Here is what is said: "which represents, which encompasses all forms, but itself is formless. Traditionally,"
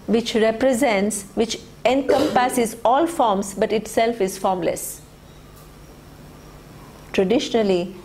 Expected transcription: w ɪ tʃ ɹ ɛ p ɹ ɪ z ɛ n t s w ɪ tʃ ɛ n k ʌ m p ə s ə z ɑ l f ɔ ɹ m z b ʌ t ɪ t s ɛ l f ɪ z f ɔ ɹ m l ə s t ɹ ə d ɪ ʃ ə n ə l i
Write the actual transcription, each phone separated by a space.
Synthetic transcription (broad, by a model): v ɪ tʃ ɹ ɛ p ɹ ɪ z ɛ n t s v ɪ tʃ ɛ n k ʌ m p ə s ə z ɑ l f ɔ ɹ m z b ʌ t ɪ t s ɛ l f ɪ z f ɔ ɹ m l ə s t ɹ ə d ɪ ʃ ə n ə l i